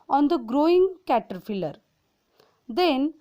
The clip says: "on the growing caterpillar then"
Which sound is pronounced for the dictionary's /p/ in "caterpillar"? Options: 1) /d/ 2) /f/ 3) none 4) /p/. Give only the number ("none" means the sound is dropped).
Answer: 2